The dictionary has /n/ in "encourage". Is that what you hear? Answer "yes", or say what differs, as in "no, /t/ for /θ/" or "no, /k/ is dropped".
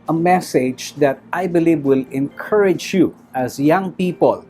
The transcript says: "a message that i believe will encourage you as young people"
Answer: yes